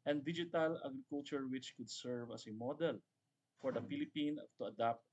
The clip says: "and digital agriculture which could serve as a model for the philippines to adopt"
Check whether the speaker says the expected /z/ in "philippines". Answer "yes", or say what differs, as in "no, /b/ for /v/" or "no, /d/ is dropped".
no, /z/ is dropped